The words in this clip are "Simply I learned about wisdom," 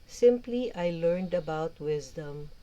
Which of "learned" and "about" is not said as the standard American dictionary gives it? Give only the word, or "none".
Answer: none